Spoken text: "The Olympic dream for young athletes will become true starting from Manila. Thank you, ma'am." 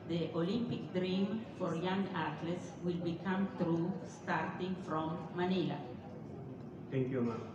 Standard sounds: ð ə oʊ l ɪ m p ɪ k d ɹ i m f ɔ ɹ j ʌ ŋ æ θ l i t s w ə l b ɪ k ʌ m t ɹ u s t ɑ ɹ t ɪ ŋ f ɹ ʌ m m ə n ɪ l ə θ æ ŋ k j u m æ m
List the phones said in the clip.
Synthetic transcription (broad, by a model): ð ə oʊ l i m p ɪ k d ɹ i m f ɔ ɹ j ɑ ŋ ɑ t l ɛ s w ə l b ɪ k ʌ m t ɹ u s t ɑ ɹ t ɪ ŋ f ɹ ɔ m m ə n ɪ l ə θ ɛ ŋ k j u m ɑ